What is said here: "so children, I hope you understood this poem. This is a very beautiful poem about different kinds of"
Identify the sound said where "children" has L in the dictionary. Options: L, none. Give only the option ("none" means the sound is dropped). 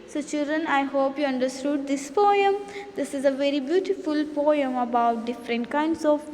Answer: L